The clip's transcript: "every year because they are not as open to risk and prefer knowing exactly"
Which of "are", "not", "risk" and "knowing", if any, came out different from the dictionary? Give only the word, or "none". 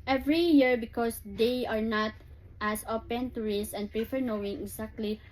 risk